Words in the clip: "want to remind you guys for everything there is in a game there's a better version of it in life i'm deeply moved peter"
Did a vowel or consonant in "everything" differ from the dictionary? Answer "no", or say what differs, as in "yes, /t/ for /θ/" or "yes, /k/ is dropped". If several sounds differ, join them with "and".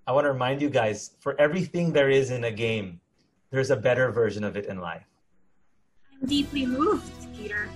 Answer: no